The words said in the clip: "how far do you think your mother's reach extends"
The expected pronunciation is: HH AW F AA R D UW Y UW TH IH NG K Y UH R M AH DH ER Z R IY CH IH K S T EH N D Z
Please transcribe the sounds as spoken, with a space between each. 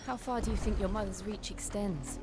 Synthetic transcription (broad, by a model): HH AW F AA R D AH Y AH TH IH NG K Y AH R M AH DH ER Z R IY CH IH K S T EH N D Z